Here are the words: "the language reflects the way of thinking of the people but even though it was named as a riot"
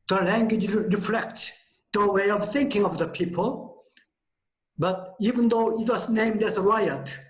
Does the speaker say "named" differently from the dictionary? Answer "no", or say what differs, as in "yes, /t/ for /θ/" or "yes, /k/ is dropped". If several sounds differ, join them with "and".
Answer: no